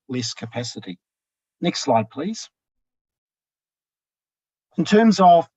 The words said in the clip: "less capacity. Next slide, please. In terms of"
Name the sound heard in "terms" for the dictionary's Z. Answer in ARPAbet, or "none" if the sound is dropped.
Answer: Z